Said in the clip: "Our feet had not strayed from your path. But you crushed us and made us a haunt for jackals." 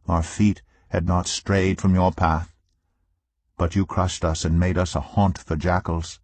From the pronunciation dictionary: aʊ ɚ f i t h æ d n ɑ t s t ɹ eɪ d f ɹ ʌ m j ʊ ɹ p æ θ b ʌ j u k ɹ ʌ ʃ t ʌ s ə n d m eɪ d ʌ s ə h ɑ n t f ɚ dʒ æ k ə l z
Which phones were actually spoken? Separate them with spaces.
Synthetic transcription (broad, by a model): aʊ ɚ f i t h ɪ d n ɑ t s t ɹ eɪ d f ɹ ʌ m j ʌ ɹ p æ θ b ʌ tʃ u k ɹ ʌ ʃ t ʌ s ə n m eɪ d ʌ s ə h ɑ n t f ɚ dʒ æ k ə l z